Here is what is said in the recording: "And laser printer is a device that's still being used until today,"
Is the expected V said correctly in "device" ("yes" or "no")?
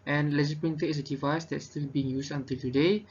yes